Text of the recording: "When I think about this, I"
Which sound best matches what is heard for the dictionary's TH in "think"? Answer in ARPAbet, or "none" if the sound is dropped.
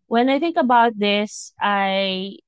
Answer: TH